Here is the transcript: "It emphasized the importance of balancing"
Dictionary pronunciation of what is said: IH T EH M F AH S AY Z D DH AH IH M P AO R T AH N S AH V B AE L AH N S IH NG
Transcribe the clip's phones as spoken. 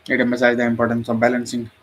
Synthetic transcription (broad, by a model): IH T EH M AH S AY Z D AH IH M P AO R T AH N S AH V B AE L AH N S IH NG